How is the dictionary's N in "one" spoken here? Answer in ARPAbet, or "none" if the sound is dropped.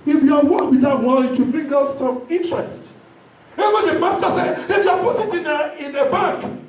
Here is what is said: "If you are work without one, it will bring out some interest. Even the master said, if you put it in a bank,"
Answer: L